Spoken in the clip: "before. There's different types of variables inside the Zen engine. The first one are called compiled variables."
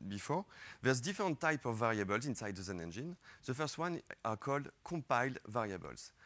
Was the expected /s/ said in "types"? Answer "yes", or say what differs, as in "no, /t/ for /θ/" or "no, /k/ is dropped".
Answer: no, /s/ is dropped